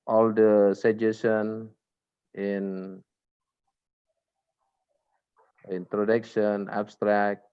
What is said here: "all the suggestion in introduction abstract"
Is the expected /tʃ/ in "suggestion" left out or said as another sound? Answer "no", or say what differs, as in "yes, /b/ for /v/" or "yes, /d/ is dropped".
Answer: yes, /tʃ/ is dropped